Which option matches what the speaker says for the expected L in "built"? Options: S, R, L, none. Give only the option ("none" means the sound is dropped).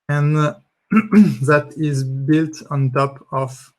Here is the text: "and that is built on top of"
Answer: L